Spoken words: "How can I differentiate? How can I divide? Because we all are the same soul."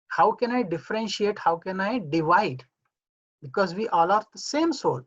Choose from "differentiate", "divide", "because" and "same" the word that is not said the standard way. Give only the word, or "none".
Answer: none